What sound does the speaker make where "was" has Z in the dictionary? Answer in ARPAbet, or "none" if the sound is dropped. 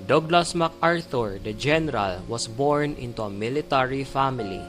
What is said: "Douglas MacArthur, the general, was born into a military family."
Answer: S